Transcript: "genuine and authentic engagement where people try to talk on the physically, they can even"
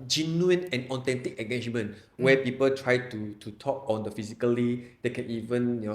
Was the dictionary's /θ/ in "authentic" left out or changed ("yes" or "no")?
yes